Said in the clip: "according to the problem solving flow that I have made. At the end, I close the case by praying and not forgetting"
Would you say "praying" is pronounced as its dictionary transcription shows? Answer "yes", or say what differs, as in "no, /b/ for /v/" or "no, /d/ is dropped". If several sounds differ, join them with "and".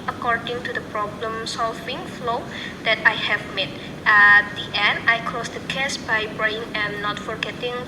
no, /b/ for /p/